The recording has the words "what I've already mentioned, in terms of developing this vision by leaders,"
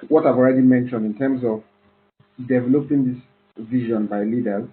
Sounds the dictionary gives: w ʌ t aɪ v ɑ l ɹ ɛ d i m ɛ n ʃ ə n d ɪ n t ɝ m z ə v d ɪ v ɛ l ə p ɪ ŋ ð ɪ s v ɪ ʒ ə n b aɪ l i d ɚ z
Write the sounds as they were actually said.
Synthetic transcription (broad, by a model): w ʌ t aɪ v ɑ l ɹ ɛ d i m ɛ n ʃ ə n d ɪ n t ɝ m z ə v d ɪ v ɛ l ə p ɪ ŋ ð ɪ s v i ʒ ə n b aɪ l i d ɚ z